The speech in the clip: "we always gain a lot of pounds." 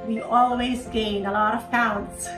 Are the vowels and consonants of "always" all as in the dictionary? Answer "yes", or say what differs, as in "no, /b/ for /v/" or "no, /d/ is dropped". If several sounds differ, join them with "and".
yes